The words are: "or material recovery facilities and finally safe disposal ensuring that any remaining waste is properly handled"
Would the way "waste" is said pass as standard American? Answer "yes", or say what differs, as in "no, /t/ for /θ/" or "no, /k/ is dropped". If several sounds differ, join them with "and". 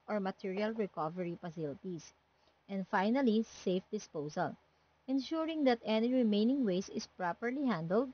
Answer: no, /t/ is dropped